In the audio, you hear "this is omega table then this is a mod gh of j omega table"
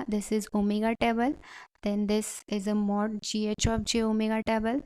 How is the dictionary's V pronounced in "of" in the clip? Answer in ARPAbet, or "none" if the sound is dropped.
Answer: P